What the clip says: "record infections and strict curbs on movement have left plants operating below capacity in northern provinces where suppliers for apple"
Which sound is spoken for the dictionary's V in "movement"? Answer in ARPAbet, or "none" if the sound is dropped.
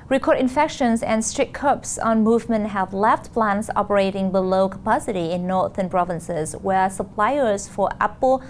V